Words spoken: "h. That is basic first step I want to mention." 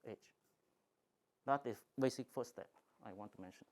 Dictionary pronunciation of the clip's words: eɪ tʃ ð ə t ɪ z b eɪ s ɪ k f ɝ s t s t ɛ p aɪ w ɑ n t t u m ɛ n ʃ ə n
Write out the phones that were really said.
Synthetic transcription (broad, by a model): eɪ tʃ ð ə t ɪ b eɪ s ɪ k f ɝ t s t ɛ p aɪ w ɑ n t t u m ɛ n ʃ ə n